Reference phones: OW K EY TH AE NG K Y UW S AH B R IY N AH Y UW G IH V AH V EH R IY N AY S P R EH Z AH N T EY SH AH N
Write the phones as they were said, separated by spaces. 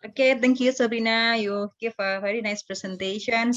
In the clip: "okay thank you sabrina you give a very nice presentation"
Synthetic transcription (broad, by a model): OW K EY T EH NG K Y UW S AH B R IY N AH Y UW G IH F AH V EH R IY N AY S P R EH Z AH N T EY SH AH N